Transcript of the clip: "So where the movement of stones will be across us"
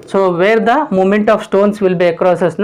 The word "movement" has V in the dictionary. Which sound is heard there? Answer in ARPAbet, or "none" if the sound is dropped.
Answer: none